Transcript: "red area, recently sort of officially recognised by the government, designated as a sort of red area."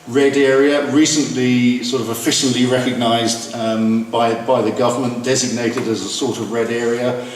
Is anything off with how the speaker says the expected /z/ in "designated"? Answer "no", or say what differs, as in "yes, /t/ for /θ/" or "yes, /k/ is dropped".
no